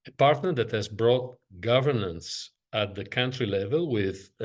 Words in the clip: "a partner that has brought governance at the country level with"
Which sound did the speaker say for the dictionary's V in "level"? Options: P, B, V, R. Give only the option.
V